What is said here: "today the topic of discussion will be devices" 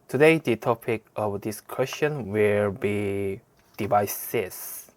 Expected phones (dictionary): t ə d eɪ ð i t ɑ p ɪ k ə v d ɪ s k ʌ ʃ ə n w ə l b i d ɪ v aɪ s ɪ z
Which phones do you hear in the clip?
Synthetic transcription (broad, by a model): t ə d eɪ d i t ɑ p ɪ k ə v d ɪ s k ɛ s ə n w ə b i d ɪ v aɪ s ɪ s